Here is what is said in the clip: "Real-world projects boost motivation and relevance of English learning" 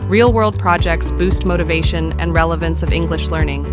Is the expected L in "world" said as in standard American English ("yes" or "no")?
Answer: yes